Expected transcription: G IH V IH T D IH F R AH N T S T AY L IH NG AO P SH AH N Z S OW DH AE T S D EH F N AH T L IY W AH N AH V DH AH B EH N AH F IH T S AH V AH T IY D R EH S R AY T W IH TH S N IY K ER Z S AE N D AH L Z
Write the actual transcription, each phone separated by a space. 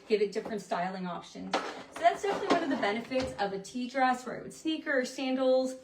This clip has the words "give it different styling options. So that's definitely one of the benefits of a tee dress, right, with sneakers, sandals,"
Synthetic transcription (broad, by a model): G IH V IH T D IH F R AH N T S T AY L IH NG AO P SH AH N Z S OW DH AE T S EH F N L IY W AH N AH V DH AH B EH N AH F IH T S AH V AH T IY D R EH S W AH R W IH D S N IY K ER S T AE N D L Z